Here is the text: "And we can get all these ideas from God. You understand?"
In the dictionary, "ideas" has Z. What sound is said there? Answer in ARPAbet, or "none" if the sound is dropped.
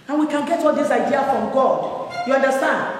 none